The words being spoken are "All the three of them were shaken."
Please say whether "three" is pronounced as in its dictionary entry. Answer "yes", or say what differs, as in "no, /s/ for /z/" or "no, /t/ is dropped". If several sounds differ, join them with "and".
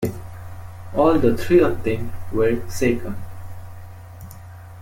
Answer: no, /t/ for /θ/